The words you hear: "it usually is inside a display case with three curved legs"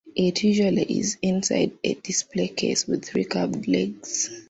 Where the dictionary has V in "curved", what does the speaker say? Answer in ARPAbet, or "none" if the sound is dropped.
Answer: P